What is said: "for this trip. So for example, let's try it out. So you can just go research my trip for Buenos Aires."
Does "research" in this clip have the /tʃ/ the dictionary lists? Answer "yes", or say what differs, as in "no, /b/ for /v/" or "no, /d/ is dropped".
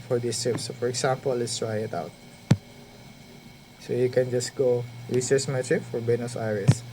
no, /s/ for /tʃ/